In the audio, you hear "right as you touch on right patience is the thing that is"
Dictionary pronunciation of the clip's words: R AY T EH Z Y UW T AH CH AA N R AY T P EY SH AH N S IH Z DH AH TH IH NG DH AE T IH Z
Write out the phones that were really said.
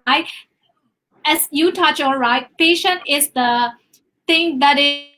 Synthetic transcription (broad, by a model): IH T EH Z Y UW T AH CH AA L R AY T P EY SH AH N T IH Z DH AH T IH NG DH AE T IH